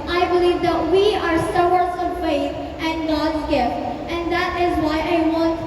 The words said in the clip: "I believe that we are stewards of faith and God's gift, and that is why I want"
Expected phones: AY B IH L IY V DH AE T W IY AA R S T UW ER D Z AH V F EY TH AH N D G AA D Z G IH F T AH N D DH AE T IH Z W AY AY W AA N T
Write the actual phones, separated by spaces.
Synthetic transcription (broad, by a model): AY B IH L IY V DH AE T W IY AA R S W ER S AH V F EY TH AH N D G AA D Z G IH F T AH N D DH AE T IH Z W AY AY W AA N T